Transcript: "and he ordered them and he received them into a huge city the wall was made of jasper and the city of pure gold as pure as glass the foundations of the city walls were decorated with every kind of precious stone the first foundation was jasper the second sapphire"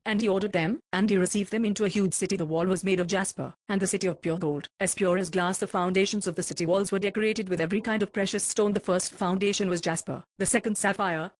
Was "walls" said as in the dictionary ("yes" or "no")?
yes